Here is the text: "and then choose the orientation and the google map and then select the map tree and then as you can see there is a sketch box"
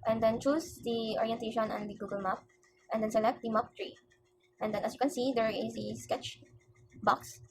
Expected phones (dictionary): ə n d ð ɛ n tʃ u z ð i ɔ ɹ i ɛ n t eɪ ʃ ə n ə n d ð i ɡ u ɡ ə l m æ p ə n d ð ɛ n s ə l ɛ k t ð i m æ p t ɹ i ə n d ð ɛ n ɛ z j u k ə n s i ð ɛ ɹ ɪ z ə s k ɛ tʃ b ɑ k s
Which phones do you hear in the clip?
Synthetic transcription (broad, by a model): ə n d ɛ n tʃ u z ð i ɔ ɹ i ɛ n t eɪ ʃ ə n ə n d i ɡ u ɡ ə l m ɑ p ə n d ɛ n s ə l ɛ k t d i m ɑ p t ɹ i ə n d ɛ n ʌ s j u k ə n s i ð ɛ ɹ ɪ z ə s k ɛ tʃ b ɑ k s